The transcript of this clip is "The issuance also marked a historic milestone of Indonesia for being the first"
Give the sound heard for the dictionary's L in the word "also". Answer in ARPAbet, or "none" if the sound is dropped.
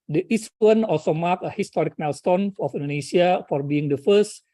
L